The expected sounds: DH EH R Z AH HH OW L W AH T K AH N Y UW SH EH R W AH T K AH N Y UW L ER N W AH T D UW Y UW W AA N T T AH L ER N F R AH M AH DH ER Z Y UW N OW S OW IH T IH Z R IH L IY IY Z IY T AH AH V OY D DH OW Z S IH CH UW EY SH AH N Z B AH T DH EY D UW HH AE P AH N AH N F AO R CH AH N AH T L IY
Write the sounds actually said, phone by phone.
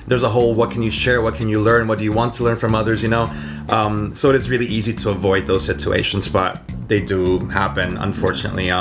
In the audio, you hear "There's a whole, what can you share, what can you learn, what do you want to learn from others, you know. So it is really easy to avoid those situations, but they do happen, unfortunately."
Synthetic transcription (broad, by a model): DH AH R Z AH HH OW L W AH T K AH N Y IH SH EH R W AH T K AH N Y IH L ER N W AH T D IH Y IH W AA N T T AH L ER N F R AH M AH DH ER Z Y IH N OW S OW IH T IH Z R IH L IY IY Z IY T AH AH V OY D DH OW Z S IH CH UW EY SH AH N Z B AH T DH EY D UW HH AE P AH N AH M F AO R CH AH N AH T L IY